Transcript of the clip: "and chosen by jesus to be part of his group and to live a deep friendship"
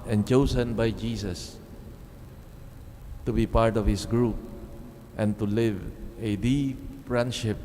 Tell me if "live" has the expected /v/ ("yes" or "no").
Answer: yes